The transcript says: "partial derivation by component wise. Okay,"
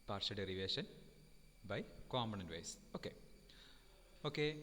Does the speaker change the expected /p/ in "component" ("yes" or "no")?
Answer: yes